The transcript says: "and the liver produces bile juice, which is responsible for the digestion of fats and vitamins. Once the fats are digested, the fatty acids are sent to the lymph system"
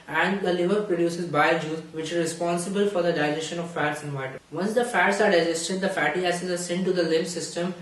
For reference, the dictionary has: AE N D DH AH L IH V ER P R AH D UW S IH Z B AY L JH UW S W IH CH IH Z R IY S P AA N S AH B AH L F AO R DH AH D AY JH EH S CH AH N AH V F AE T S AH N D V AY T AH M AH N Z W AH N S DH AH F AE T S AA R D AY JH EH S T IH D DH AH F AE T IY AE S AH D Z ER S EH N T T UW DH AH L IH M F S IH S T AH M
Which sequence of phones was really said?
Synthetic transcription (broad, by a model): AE N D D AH L IH V ER P R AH D UW S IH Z B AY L JH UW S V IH CH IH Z R IY S P AA N S AH B AH L F AO R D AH D AY JH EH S SH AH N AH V F AE T S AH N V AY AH AH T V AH N S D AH F AE T S AA R D AY JH EH S T IH D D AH F AE T IY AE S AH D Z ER S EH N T T UW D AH L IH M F S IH S T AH M